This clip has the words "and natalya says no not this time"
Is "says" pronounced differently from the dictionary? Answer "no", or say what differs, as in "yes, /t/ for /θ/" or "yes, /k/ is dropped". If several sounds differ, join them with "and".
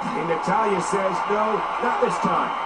no